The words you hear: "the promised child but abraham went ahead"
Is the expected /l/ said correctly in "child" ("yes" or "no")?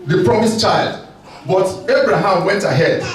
yes